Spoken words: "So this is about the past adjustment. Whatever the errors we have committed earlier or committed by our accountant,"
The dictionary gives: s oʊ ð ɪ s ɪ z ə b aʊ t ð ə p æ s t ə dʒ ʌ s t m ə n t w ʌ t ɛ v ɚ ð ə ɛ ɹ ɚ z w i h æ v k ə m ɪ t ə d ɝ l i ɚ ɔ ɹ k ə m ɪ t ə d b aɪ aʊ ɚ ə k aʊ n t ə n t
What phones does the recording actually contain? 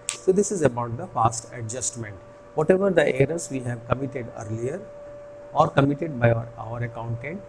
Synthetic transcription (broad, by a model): s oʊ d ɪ s ɪ z ə b aʊ t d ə f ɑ s t ə dʒ ʌ s t m ə n t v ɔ t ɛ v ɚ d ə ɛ ɹ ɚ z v i h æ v k ə m ɪ t ə d ɝ l i ɚ ɔ ɹ k ə m ɪ t ə d b aɪ aʊ ɚ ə k aʊ n t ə n t